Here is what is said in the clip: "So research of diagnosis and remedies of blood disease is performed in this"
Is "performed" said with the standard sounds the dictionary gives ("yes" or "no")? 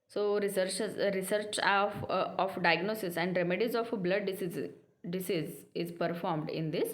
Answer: yes